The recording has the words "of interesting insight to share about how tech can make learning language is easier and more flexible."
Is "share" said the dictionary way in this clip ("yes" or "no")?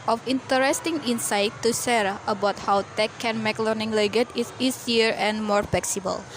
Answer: no